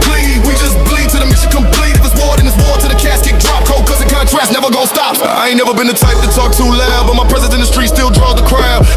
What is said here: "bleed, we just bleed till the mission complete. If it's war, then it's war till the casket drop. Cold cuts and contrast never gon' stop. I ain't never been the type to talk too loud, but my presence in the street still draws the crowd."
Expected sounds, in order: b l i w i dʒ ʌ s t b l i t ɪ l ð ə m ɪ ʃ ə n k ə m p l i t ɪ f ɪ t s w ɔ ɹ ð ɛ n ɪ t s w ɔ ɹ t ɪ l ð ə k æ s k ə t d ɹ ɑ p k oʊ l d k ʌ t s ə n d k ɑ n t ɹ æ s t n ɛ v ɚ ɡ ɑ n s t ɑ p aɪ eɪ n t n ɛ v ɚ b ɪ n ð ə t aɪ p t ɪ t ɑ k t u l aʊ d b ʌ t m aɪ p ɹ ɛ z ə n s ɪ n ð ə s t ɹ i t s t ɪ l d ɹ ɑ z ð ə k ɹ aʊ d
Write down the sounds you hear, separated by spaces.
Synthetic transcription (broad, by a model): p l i w i dʒ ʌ s b l i t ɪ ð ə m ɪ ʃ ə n k ə m p l i t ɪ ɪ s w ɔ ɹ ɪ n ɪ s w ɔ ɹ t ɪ ð ə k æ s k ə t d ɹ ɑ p k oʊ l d k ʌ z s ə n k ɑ t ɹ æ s n ɛ v ɚ ɡ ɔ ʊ s t ɑ p aɪ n n ɛ v ɚ b ɪ n ð ə t aɪ p t ɪ t ɑ k t u l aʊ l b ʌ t m aɪ p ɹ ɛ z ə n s ɪ n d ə s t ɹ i s t ɪ l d ɹ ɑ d ð ə k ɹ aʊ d